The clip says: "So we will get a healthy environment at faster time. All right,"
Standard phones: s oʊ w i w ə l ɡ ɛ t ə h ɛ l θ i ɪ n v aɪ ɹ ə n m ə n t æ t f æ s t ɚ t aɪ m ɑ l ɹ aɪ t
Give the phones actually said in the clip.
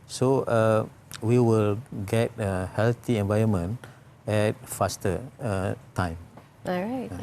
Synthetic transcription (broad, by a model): s oʊ w i w ə l ɡ ɛ t ə h ɛ l t i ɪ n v aɪ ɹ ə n m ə n ɛ t f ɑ s t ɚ t aɪ m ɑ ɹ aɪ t